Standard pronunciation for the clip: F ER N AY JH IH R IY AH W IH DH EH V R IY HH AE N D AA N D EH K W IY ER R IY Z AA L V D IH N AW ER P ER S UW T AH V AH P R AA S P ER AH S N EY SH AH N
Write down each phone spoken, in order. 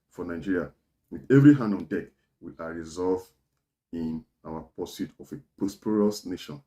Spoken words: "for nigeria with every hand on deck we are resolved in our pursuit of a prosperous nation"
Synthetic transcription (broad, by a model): F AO N AY JH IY R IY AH W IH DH EH V R IY HH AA N D AA N D EH K W IY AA R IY Z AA L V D IH N AW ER P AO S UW T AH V AH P AA S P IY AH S N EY SH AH N